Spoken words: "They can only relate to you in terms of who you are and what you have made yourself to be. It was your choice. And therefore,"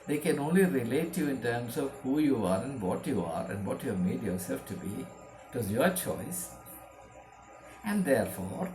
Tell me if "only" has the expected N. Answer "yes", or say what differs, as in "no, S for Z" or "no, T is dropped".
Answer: yes